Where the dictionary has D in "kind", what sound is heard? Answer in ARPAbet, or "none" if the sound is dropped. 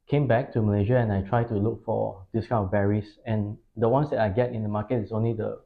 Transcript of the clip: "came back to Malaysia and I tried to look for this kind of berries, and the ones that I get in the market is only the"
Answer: none